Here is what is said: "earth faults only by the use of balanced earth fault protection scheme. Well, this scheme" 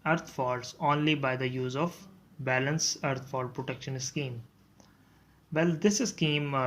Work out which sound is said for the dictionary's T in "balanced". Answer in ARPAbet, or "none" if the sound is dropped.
none